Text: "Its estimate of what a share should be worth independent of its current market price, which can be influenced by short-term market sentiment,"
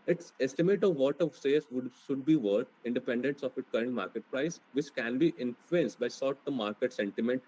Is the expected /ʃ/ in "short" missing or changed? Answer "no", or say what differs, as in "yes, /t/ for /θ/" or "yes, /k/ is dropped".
yes, /s/ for /ʃ/